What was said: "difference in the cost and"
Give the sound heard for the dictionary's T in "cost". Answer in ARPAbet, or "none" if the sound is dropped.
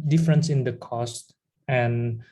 T